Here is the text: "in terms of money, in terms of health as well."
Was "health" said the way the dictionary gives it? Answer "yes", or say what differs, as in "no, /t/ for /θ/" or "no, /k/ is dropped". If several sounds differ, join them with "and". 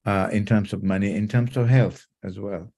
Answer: yes